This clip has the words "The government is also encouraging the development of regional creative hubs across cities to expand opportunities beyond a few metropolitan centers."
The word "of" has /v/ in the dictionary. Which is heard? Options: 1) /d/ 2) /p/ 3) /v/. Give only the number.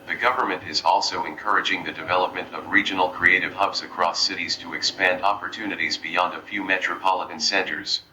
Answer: 3